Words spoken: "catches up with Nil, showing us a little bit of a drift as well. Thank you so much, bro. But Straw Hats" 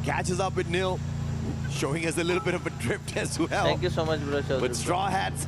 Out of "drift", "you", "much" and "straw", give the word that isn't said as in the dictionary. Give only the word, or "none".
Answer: drift